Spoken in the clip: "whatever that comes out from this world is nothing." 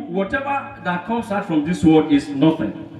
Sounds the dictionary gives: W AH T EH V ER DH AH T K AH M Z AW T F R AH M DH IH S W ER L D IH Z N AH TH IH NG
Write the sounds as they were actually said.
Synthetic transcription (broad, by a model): W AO T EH V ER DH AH T K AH M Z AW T F R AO M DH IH S W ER D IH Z N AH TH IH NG